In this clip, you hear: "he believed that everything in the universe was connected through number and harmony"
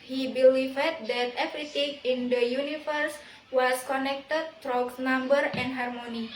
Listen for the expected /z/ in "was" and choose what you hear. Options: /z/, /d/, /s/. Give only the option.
/s/